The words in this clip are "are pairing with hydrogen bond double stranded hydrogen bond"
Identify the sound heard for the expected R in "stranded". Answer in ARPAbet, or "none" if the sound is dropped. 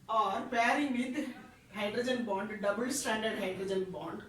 none